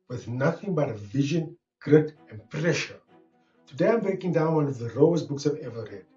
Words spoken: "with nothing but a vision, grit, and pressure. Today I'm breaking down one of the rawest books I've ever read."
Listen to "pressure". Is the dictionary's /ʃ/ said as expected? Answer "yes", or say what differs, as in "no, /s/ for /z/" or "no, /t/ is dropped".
yes